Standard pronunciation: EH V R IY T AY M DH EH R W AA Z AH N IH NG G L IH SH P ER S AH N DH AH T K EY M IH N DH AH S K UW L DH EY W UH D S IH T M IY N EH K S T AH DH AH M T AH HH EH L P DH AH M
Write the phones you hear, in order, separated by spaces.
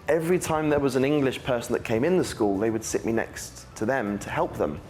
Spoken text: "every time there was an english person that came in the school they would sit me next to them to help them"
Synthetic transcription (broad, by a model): EH V R IY T AY M DH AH W AA Z AH N IH NG G L IH SH P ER S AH N DH AH T K EY M IH N DH AH S K UW L DH EY W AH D S IH T M IY N EH K S T AH DH AH M T AH HH EH L P DH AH M